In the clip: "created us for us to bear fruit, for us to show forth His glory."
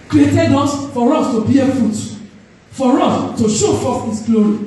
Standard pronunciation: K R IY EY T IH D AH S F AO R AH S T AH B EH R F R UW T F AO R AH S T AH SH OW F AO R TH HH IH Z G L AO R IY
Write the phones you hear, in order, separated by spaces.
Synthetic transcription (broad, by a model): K R IY EY T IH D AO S F AO R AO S T AH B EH F UW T F AO R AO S T AH SH OW F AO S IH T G L AO R IY